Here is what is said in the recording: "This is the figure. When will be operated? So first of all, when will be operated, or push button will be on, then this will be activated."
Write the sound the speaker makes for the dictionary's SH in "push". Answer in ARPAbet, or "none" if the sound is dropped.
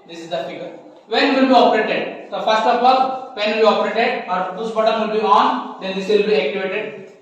S